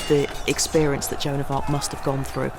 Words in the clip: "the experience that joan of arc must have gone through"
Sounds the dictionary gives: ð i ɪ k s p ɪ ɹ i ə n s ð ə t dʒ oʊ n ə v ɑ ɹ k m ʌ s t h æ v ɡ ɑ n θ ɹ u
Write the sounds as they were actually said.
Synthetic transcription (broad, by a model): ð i ɪ k s p ɪ ɹ i ə n s ð ə t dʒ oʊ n ə v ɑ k m ʌ s t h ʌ v ɡ ɑ n θ ɹ u